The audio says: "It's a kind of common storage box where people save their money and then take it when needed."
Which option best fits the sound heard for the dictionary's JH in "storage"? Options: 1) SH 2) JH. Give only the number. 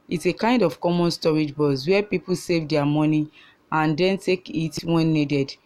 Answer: 2